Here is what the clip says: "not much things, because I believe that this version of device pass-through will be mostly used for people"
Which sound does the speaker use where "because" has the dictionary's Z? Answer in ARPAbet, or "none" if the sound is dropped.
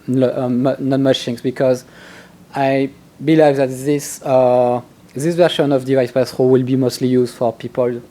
Z